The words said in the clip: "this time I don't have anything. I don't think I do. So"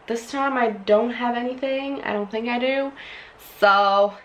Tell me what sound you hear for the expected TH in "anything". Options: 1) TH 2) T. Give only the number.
1